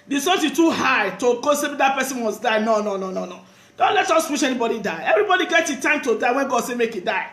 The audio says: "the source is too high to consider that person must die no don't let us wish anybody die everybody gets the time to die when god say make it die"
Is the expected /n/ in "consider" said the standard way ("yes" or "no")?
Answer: no